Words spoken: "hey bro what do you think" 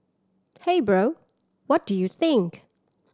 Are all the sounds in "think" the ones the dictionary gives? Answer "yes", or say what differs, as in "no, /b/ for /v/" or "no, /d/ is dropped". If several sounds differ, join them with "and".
yes